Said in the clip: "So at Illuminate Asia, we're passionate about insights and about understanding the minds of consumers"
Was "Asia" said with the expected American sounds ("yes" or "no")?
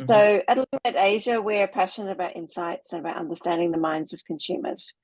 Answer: yes